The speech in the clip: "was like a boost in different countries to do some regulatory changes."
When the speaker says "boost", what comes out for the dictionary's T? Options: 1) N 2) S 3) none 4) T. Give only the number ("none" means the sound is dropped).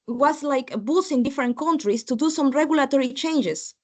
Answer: 3